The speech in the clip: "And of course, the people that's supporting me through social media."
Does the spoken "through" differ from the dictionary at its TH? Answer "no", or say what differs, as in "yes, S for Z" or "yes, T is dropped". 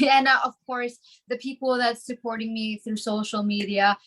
no